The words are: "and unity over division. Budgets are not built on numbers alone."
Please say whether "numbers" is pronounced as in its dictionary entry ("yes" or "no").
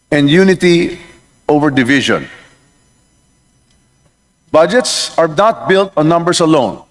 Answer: no